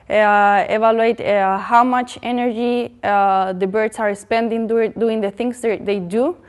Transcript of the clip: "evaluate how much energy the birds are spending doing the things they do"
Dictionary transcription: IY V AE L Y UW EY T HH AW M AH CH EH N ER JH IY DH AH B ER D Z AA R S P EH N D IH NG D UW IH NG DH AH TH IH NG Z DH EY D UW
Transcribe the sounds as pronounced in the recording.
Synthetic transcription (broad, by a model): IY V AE L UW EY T HH AW M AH CH EH N ER JH IY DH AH B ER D S AA R S P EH N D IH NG D UW IH NG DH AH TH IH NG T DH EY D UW